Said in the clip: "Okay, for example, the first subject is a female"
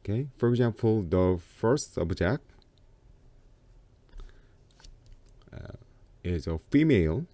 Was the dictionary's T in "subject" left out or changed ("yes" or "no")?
yes